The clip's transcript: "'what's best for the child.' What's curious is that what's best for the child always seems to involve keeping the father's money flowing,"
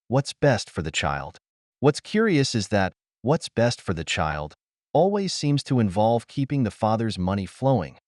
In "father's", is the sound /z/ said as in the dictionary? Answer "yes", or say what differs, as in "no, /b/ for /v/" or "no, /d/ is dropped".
yes